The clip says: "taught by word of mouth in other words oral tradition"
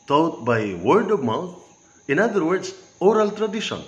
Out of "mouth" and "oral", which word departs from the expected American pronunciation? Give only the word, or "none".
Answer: mouth